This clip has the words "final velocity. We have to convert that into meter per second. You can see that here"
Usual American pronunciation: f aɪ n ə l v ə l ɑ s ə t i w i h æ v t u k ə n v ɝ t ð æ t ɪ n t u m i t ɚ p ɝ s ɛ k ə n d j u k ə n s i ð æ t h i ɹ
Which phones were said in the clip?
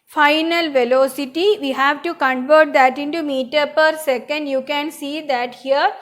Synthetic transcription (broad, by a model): f aɪ n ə l v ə l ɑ s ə t i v i h æ v t u k ə n v ɝ t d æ t ɪ n t u m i t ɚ p ɝ s ɛ k ə n d j u k ə n s i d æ t h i ɹ